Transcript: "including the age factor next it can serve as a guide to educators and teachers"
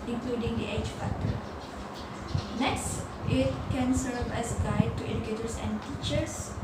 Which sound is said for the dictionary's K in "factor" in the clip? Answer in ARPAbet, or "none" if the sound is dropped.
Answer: none